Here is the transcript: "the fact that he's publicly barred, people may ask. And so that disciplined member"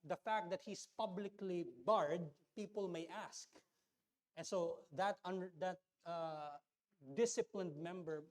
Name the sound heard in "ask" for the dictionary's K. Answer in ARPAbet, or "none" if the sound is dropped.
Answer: K